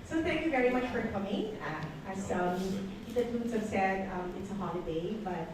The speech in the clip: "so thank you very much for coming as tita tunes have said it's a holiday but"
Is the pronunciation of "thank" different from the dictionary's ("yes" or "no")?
no